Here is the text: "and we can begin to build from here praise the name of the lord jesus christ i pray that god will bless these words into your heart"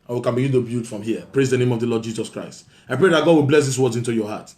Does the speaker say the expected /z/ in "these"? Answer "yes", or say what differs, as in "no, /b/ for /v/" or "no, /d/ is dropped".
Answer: no, /s/ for /z/